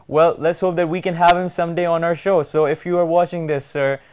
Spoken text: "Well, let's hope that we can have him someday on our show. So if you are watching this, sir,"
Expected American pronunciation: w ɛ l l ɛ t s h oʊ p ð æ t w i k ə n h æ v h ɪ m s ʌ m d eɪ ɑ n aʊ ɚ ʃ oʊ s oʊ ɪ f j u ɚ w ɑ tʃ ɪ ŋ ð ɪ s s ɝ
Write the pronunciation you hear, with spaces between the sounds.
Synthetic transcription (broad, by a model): w ɛ l l ɛ t s h oʊ p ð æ t w i k ə n h æ v h ɪ m s ʌ m d eɪ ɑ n aʊ ɚ ʃ oʊ s oʊ ɪ f j u ɚ w ɑ tʃ ɪ ŋ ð ɪ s s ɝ